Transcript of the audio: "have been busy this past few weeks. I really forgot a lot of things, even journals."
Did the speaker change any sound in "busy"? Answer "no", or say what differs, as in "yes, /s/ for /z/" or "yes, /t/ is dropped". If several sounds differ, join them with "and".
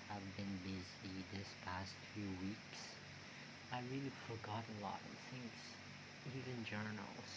no